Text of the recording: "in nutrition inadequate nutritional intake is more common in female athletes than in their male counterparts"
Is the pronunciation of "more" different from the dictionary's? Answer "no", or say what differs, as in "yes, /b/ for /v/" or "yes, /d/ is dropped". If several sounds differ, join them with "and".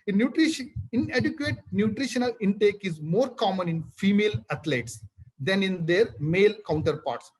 no